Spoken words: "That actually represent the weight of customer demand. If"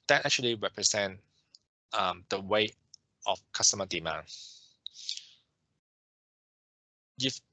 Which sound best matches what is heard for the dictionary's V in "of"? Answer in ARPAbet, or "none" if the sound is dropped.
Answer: F